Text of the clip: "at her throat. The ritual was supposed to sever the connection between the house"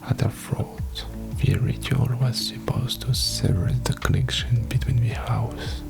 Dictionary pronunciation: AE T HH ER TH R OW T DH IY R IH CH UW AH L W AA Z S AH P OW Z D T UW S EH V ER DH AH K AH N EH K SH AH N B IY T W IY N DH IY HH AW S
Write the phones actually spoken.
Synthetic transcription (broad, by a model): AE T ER F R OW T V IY R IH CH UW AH L W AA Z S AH P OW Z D T UW S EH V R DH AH K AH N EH K SH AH N B IY T W IY N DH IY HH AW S